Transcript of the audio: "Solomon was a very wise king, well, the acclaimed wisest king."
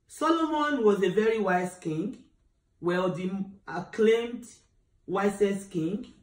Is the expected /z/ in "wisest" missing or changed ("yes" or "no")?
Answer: yes